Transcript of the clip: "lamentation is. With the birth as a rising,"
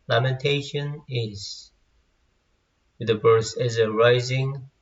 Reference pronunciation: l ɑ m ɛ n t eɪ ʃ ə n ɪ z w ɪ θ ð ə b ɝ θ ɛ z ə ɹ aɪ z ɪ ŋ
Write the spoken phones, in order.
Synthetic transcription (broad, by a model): l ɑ m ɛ n t eɪ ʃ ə n ɪ z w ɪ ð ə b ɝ s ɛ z ə ɹ aɪ z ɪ ŋ